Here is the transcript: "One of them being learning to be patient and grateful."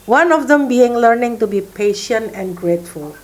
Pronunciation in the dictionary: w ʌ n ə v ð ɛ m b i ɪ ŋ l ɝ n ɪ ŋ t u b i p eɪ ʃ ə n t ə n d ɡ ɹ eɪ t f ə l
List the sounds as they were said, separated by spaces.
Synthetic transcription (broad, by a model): w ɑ n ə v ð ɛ m b i ɪ ŋ l ɝ n ɪ ŋ t u b i p eɪ ʃ ə n t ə n ɡ ɹ eɪ t f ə l